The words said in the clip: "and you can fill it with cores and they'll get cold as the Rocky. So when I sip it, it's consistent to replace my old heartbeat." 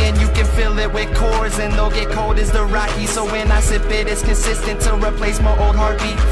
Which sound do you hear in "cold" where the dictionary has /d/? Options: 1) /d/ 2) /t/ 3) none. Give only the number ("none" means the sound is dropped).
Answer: 1